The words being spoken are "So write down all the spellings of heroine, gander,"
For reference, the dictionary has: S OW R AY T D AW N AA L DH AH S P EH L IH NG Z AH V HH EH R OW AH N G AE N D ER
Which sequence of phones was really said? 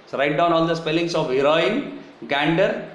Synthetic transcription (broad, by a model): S R AY T D AW N AA L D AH S P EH L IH NG S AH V HH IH R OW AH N G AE N D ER